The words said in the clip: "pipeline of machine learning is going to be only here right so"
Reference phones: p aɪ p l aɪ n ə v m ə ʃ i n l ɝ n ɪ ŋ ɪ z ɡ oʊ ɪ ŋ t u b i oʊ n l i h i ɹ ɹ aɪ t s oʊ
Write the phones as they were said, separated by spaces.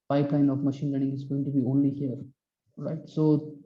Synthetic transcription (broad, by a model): aɪ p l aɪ n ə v m ə ʃ i n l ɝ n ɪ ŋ ɪ z ɡ oʊ ɪ ŋ t u b i oʊ n l i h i ɹ ɹ aɪ t s oʊ